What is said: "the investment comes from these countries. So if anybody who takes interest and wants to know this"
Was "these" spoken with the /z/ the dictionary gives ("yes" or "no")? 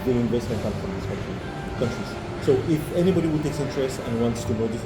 no